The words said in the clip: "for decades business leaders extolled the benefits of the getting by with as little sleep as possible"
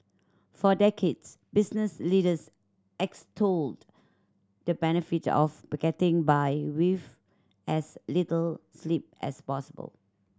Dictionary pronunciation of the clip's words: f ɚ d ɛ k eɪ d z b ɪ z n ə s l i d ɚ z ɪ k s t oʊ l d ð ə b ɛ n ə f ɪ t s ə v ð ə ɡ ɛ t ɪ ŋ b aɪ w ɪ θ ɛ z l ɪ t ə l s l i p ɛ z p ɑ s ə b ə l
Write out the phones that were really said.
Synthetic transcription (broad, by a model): f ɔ d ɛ k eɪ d s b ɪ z n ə s l i d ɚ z ɪ k s t oʊ l d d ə b ɛ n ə f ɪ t ə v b ɡ ɛ t ɪ ŋ b aɪ w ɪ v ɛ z l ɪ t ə l s l i p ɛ s p ɑ s ə b ə l